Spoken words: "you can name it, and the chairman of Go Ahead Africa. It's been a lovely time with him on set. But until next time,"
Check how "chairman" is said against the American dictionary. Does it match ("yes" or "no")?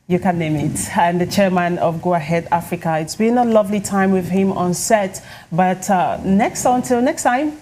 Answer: yes